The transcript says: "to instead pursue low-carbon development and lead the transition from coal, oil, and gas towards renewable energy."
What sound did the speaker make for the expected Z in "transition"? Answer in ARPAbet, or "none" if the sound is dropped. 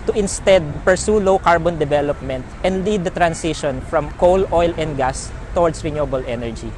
S